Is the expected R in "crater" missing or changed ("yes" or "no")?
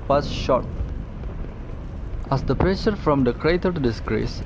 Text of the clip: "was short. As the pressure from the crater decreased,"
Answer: no